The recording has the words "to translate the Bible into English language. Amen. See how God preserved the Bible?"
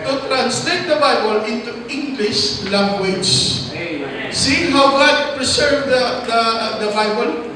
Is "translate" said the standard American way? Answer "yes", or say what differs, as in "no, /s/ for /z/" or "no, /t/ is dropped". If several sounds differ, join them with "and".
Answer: yes